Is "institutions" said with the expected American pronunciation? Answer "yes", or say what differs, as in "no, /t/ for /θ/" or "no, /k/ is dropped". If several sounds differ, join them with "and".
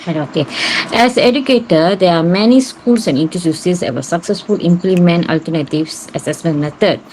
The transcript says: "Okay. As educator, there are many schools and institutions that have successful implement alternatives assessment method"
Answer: no, /s/ is dropped and /s/ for /ʃ/